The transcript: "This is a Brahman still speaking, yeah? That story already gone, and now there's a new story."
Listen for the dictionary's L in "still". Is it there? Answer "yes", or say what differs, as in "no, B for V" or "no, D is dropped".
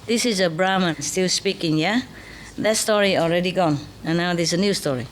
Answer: yes